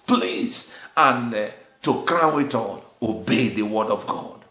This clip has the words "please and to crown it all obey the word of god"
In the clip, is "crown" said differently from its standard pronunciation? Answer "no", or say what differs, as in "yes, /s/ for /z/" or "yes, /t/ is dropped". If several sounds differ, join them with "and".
yes, /n/ is dropped